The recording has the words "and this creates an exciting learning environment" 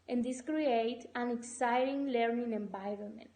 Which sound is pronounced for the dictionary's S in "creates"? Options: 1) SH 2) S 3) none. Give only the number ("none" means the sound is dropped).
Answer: 3